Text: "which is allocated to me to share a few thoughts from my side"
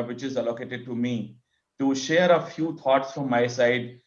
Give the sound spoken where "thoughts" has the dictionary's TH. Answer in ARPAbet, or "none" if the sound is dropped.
T